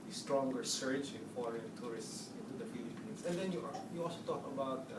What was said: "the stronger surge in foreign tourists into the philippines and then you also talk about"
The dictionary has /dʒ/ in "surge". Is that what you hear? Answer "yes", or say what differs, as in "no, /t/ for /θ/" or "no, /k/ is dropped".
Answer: no, /tʃ/ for /dʒ/